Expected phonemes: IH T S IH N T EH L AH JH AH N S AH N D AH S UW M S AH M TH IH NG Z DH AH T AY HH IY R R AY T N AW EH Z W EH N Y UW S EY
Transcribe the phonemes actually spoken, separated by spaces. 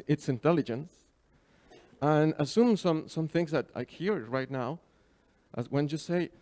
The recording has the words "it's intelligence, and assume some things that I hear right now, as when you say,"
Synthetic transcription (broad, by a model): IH T S IH N T EH L AH JH AH N S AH N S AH S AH M S AH M TH IH NG Z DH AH T AY HH IY R R AY T N AW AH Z W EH N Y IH S EY